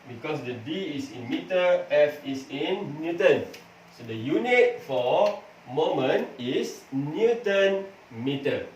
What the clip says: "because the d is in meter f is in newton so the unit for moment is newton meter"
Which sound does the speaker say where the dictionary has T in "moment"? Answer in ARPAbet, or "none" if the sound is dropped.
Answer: none